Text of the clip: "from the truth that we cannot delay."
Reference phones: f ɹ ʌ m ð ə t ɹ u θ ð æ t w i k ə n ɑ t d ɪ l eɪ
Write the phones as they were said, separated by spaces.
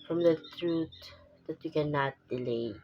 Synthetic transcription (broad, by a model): f ɹ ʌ m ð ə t ɹ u t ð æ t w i k ə n ɑ t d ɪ l eɪ